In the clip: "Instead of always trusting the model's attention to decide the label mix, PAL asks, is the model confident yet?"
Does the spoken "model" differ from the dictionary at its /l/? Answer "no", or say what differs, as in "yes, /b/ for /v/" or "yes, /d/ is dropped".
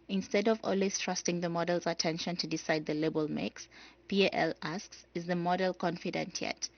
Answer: no